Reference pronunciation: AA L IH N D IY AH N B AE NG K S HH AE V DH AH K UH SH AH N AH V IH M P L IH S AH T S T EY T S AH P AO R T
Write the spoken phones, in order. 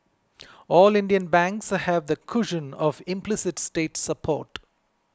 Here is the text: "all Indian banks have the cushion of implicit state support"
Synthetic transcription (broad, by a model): AA L IH N D IY AH N B AE NG K S HH AE V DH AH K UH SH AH N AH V IH M P L IH S AH T S T EY T S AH P AO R T